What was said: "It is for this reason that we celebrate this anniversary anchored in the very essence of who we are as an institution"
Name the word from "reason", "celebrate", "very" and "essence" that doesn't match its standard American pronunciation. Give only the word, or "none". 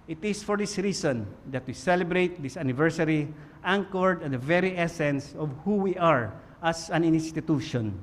reason